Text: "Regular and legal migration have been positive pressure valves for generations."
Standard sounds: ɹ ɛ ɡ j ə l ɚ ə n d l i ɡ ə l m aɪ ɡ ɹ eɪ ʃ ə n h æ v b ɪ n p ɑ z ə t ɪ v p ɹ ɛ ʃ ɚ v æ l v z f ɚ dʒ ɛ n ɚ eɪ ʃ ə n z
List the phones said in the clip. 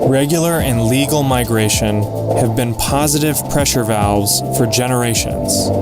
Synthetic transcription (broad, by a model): ɹ ɛ ɡ j l ɚ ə n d l i ɡ l m aɪ ɡ ɹ eɪ ʃ ə n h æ v b ɪ n p ɑ z ə t ɪ v p ɹ ɛ ʃ ɚ v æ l z f ɚ dʒ ɛ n ɚ eɪ ʃ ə n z